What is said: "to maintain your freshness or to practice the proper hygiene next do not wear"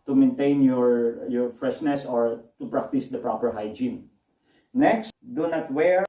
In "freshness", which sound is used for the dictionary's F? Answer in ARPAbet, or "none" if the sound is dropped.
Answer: F